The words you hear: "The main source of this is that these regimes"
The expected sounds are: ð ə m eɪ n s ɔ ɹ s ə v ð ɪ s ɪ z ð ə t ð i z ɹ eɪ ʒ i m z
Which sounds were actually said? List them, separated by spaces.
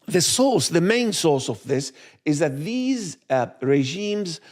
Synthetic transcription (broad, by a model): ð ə m eɪ n s ɔ ɹ s ə v ð ɪ s ɪ z ð ə t ð i z ɹ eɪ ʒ i m z